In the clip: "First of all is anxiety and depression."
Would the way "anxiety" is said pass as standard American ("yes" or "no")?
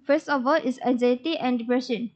no